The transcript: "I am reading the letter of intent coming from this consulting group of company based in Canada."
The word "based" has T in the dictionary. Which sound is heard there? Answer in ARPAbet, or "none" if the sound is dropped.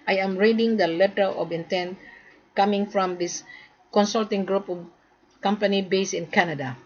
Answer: none